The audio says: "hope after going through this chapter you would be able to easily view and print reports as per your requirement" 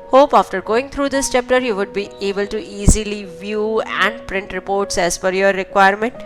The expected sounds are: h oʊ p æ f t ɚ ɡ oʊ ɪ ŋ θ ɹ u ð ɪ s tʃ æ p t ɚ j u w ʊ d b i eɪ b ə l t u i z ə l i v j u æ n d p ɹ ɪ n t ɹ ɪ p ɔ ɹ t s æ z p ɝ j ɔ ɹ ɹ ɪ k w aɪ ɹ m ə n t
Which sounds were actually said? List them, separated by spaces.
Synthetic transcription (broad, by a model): h oʊ p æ f t ɚ ɡ oʊ ɪ ŋ t ɹ u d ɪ s tʃ æ p t ɚ j u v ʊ d b i eɪ b ə l t u i z ə l i v j u æ n d p ɹ ɪ n t ɹ ɪ p ɔ ɹ t s æ z f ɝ j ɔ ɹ ɹ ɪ k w aɪ ɹ m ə n t